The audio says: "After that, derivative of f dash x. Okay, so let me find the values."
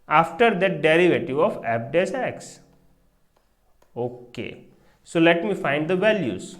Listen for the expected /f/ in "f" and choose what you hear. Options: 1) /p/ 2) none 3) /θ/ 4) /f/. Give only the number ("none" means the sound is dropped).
1